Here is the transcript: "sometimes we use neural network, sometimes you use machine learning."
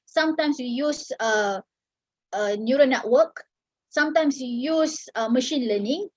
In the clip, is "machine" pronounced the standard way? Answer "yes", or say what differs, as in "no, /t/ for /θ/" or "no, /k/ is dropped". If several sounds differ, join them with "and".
yes